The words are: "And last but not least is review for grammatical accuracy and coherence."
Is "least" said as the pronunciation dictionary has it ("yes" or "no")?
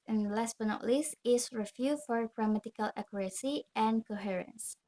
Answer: no